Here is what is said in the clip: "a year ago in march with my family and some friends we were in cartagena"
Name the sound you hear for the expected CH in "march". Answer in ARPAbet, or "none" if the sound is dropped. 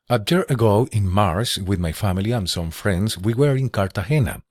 S